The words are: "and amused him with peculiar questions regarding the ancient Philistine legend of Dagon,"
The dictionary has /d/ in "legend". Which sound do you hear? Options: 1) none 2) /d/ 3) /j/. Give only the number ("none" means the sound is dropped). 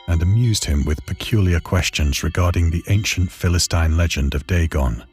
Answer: 2